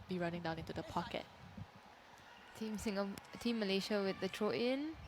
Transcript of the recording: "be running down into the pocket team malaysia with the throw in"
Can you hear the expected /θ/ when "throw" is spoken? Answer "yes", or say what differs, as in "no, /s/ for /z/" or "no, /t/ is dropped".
no, /t/ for /θ/